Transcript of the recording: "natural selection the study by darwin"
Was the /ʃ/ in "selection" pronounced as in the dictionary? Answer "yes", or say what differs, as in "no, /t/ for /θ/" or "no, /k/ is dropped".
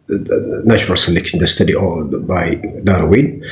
no, /ʃ/ is dropped